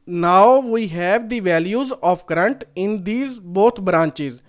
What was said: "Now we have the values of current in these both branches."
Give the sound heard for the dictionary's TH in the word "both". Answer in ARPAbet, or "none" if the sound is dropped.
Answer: T